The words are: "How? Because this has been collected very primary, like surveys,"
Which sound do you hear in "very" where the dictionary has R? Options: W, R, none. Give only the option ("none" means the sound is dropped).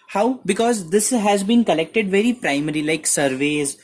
R